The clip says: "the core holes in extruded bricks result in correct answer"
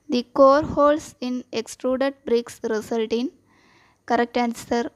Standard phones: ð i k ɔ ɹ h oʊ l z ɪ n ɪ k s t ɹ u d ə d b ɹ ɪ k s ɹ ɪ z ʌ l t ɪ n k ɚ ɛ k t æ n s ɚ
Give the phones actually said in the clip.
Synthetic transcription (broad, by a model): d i k ɔ ɹ h oʊ l s ɪ n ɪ k s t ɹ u d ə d b ɹ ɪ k s ɹ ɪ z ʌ l t ɪ n k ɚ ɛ k t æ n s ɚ